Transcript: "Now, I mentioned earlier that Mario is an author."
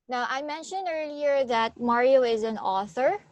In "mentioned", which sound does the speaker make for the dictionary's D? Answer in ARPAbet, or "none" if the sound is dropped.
D